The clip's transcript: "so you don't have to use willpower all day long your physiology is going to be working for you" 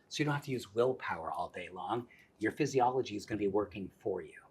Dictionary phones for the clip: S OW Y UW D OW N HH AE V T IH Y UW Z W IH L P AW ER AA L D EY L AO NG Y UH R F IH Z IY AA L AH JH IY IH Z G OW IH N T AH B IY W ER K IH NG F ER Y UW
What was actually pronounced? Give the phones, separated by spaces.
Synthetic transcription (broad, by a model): S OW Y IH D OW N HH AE F T IH Y UW Z W IH L P AW ER AA L D EY L AO NG Y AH R F IH Z IY AA L AH JH IY IH Z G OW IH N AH B IY W ER K IH NG F ER Y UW